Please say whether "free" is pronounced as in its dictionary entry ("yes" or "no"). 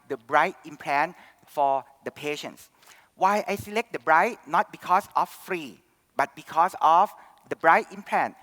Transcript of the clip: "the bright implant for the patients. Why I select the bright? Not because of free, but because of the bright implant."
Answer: yes